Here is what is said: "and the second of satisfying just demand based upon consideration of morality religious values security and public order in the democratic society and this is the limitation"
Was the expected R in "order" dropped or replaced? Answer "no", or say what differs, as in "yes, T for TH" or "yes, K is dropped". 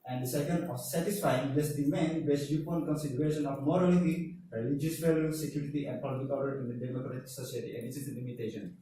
yes, L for R